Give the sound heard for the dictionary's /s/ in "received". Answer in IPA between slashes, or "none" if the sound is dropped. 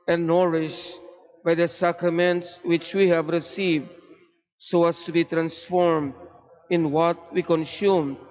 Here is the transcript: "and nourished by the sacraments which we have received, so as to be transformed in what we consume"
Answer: /s/